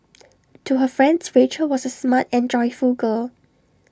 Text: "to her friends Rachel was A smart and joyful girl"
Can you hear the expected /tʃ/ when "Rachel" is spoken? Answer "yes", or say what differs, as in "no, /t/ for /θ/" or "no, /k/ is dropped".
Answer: yes